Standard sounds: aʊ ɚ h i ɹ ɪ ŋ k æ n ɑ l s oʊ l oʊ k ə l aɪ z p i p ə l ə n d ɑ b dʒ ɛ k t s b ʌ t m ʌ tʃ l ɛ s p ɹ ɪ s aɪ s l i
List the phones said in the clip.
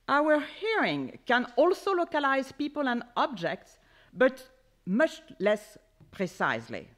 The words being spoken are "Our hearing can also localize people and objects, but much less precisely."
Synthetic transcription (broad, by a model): aʊ ɚ h i ɹ ɪ ŋ k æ n ɑ l s oʊ l oʊ k ə l aɪ z p i p ə l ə n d ɑ b dʒ ɛ k t s b ʌ t m ʌ tʃ l ɛ s p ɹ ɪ s aɪ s l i